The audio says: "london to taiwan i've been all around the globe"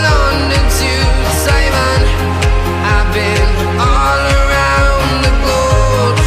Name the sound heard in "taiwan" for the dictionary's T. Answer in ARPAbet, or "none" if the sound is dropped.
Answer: S